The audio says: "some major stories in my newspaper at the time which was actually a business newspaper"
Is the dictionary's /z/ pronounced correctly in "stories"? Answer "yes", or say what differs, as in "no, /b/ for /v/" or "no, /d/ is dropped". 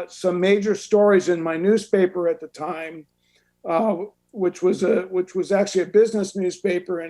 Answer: yes